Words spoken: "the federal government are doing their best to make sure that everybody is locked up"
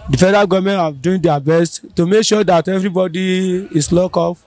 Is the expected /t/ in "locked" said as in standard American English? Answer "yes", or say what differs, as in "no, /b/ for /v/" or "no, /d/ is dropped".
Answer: no, /t/ is dropped